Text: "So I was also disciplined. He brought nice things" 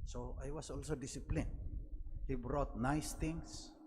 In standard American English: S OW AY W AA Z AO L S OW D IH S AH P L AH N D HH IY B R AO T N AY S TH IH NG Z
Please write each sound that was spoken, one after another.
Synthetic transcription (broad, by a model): S OW AY W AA S AO L S OW D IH S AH P L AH N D HH IY B R AO T N AY S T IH NG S